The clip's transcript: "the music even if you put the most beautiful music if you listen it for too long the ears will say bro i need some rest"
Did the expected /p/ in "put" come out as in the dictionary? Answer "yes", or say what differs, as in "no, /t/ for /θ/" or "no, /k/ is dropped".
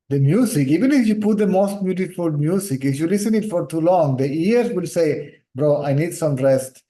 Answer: yes